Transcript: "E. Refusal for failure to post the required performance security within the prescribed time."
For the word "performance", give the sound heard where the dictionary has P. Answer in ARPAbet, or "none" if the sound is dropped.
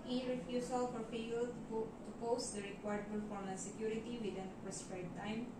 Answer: B